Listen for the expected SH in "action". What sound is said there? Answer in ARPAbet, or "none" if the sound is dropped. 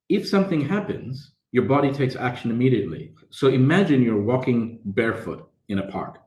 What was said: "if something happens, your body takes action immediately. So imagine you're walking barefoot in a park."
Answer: SH